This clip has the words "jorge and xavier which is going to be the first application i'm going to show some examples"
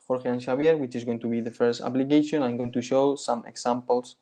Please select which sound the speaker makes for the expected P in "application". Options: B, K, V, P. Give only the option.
B